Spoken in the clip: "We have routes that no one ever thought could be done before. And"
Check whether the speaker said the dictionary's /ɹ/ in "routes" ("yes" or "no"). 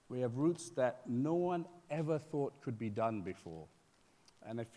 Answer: yes